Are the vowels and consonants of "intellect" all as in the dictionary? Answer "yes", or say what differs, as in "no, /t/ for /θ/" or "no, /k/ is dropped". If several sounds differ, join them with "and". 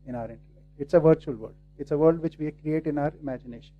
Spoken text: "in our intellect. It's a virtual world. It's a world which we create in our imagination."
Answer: no, /n/ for /l/ and /k/ is dropped